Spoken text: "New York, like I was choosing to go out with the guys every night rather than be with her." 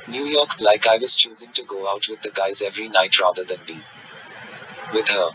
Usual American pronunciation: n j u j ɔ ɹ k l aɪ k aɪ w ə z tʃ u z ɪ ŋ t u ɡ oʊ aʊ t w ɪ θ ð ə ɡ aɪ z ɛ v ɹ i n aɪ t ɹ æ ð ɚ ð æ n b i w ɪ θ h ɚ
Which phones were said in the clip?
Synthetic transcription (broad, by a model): n j u j ɔ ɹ k l aɪ k aɪ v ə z tʃ u z ɪ ŋ t u ɡ oʊ aʊ t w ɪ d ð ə ɡ aɪ z ɛ v ɹ i n aɪ t ɹ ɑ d ɚ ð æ n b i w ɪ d h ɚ